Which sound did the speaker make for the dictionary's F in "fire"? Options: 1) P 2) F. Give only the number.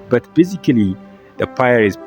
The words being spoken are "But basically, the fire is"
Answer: 1